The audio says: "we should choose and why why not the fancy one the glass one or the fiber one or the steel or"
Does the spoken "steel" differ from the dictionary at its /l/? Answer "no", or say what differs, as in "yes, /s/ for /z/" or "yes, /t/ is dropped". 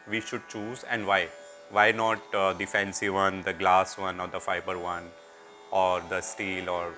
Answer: no